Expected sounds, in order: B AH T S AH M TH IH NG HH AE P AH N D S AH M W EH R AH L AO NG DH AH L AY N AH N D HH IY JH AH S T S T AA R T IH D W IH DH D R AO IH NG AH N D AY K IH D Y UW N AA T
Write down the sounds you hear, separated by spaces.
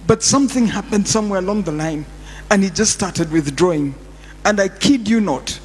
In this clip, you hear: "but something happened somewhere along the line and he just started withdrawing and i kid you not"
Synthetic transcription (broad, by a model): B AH T S AH M TH IH NG HH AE P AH N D S AH M W EH R AH L AO NG DH AH L AY N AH N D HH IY JH AH S T S T AA R T IH D W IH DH D R AO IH NG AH N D AY K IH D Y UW N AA T